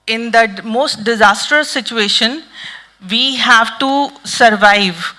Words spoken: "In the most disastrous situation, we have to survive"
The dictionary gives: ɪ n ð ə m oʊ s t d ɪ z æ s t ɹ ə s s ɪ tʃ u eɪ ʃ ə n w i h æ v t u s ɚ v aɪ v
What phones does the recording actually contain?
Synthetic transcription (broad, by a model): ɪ n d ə m oʊ s t d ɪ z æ s t ə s s ɪ tʃ u eɪ ʃ ə n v i h æ v t u s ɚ v aɪ v